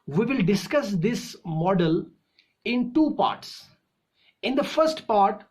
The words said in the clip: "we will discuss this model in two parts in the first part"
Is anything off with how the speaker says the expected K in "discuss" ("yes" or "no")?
no